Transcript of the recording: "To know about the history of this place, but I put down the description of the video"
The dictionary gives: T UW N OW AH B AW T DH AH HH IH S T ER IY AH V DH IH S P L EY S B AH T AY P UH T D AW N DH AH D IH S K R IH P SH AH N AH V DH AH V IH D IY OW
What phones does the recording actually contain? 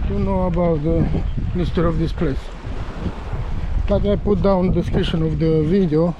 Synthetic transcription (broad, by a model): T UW N OW AH B AW T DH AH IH S T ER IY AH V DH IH S P L EY S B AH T AY P UH T D AW N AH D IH S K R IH SH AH N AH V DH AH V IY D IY OW